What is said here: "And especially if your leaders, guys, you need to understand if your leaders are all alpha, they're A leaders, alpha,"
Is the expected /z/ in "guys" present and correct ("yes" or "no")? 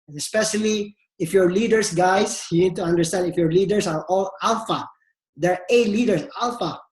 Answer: no